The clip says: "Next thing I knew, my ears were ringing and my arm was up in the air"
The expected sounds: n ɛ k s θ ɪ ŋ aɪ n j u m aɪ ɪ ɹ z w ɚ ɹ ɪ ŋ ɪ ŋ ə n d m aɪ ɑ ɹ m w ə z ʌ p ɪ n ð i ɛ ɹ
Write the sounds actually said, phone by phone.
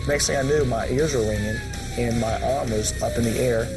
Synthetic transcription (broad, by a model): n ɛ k s t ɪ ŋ aɪ n j u m aɪ ɪ ɹ z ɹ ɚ l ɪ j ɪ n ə n m aɪ ɑ ɹ m w ə z ʌ p ɪ n ð i ɛ ɹ